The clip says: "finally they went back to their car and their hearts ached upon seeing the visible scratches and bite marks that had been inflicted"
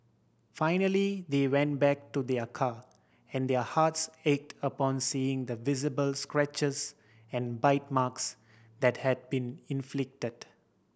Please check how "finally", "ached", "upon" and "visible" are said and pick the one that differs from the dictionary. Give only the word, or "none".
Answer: none